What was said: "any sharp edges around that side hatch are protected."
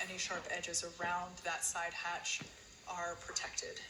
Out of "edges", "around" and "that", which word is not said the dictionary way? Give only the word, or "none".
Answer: none